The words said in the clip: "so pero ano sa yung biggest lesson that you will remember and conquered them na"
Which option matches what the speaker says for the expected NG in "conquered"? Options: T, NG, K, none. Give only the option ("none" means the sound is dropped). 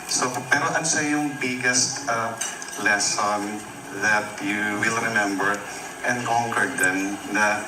NG